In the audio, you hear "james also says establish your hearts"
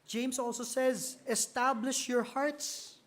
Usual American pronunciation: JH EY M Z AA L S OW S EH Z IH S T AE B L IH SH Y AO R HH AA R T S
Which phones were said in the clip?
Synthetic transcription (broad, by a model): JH EY M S AA L S OW S EH Z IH S T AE B L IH SH Y AO R HH AA R T S